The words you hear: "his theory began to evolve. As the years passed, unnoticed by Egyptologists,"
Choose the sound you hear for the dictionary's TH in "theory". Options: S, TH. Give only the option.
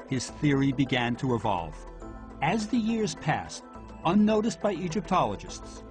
TH